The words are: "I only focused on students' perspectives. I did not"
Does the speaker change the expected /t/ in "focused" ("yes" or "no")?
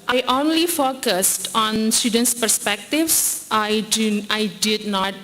no